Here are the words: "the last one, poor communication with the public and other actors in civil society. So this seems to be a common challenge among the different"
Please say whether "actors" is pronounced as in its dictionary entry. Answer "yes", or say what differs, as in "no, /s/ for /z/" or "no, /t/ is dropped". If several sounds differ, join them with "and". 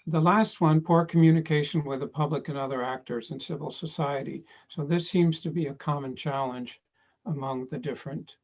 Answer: yes